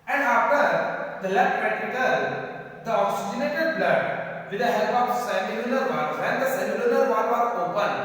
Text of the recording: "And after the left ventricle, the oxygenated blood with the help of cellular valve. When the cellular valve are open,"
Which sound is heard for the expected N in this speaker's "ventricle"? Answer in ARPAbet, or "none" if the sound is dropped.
none